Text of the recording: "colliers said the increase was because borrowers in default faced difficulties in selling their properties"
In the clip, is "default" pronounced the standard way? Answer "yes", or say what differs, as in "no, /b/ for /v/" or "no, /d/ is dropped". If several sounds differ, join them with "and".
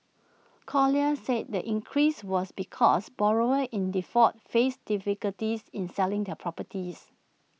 no, /l/ is dropped